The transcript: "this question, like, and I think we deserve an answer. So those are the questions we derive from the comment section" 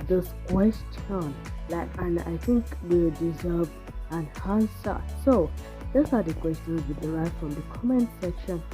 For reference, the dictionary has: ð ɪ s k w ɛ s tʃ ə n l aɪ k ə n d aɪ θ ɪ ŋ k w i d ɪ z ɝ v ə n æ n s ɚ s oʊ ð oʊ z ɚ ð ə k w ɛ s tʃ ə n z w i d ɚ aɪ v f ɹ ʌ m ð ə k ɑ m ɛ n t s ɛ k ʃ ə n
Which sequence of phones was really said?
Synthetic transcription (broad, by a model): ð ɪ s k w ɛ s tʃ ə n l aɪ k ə n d aɪ θ ɪ ŋ k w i d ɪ z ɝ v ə n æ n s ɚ s oʊ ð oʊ s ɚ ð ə k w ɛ s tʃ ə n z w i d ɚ aɪ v f ɹ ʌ m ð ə k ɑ m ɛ n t s ɛ k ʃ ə n